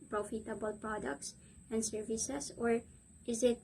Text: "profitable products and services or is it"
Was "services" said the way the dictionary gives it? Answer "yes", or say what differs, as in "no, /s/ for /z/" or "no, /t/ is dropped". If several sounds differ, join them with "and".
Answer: no, /s/ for /z/